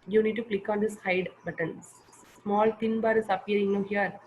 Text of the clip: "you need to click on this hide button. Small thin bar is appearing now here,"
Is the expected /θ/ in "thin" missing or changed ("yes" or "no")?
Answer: yes